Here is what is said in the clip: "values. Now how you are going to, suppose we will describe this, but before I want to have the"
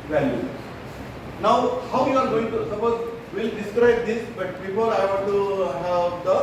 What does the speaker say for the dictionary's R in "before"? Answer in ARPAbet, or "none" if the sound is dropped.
L